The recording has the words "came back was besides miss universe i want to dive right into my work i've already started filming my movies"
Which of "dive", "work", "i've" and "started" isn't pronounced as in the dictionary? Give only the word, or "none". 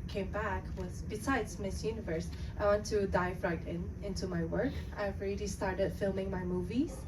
dive